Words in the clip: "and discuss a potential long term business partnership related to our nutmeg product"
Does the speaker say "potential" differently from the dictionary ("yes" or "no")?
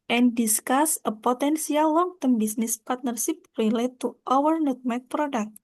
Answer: yes